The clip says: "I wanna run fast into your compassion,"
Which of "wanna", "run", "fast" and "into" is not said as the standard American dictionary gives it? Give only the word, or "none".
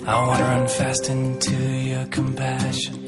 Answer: wanna